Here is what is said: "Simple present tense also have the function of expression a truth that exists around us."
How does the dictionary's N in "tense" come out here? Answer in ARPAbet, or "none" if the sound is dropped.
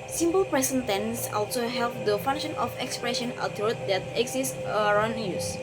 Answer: N